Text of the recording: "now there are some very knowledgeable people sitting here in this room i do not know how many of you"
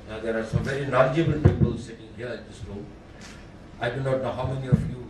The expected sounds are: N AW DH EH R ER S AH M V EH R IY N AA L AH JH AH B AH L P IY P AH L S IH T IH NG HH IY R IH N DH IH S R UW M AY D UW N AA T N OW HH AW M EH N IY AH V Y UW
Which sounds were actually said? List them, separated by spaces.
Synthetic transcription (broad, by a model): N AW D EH R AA S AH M V EH R IY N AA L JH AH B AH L P IY P AH L S IH T IH NG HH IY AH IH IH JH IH S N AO AY D UW N AA T N OW HH AW M EH N IY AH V Y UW